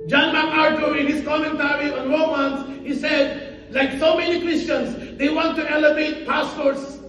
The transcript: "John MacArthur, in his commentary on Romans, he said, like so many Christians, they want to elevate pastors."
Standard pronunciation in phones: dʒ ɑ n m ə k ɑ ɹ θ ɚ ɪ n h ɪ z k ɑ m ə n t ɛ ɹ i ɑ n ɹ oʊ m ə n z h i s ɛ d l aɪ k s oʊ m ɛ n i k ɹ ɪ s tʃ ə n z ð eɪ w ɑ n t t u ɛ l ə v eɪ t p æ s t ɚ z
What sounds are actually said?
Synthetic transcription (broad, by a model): dʒ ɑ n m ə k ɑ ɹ t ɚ ɪ n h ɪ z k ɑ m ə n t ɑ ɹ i ɑ n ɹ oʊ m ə n s h i s ɛ d l aɪ k s oʊ m ɛ n i k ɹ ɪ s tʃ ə n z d eɪ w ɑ n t t u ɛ l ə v eɪ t p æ s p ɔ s